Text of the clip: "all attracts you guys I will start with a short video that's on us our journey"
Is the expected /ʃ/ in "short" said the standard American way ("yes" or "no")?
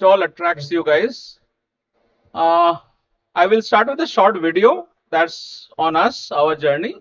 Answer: yes